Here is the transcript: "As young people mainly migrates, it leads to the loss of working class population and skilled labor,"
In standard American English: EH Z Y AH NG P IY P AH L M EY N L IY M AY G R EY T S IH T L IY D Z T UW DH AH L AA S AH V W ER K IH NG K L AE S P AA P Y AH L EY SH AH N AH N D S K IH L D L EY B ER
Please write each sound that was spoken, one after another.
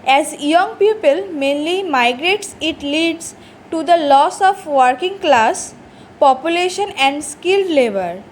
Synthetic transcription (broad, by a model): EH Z Y AH NG P IY P AH L M EY N L IY M AY G R EY T S IH T L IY D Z T UW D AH L AA S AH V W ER K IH NG K L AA S P AA P Y AH L EY SH AH N AH N D S K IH L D L EY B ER